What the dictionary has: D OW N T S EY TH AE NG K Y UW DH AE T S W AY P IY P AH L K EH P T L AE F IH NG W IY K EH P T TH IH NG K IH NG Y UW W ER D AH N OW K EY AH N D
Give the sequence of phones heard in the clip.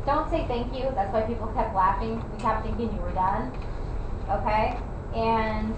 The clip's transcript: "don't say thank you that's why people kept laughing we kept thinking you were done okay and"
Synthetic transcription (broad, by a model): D OW N T S EY TH AE NG K Y UW DH AE T S W AY P IY P L K EH P T L AE F IH NG W IY K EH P TH IH NG K IH NG Y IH W ER D AH N OW K EY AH N